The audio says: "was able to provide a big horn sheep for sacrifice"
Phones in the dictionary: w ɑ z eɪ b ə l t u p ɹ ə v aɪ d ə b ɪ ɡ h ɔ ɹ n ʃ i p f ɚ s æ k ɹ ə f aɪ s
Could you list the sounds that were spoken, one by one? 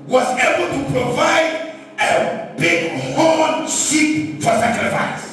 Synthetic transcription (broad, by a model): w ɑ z eɪ b ə l t u p ɹ ə v aɪ d ə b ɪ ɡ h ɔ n s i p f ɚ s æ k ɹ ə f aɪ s